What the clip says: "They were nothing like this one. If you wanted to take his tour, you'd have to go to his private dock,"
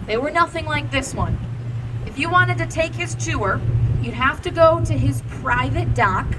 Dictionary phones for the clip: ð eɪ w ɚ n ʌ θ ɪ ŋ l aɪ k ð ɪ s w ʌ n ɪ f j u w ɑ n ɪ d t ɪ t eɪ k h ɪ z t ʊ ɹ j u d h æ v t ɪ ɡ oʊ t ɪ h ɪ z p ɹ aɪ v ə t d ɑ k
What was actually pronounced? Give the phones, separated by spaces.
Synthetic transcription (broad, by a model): ð eɪ w ɚ n ʌ θ ɪ ŋ l aɪ k ð ɪ s w ʌ n ɪ f j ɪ w ɑ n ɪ d t ɪ t eɪ k h ɪ z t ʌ ɹ j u d h æ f t ɪ ɡ oʊ t ɪ ɪ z p ɹ aɪ v ə t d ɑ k